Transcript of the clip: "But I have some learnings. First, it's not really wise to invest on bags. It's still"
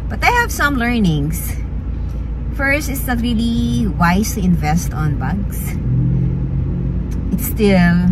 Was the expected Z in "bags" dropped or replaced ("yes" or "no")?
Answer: yes